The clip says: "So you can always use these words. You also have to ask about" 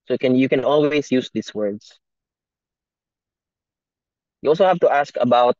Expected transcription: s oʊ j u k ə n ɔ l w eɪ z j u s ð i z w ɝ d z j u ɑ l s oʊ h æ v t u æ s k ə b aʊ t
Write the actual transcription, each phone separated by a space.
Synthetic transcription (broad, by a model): s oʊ j u k ə n ɔ l w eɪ s j u s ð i s w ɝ d s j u ɑ l s oʊ h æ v t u æ s k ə b aʊ t